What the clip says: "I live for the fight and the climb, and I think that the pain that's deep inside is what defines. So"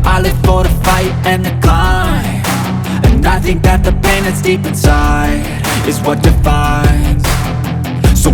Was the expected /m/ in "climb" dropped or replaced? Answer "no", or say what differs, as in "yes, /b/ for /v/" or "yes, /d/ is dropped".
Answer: yes, /m/ is dropped